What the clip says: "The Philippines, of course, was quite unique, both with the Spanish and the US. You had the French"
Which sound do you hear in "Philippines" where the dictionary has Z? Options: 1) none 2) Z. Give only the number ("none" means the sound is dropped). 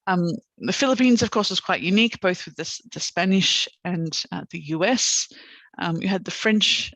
2